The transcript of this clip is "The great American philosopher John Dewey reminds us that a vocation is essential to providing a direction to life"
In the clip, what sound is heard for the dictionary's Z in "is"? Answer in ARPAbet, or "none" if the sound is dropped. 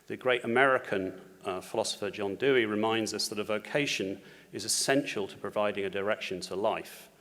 Z